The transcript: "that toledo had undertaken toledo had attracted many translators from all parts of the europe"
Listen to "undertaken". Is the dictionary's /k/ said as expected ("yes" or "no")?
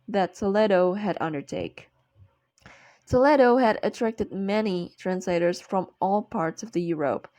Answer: no